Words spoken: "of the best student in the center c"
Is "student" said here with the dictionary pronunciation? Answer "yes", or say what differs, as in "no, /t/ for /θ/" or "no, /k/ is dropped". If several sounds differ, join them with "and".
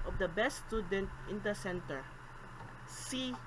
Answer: yes